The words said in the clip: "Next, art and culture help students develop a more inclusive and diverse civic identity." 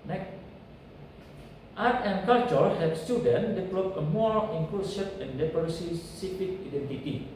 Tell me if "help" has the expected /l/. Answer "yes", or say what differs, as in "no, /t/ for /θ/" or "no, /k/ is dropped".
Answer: no, /l/ is dropped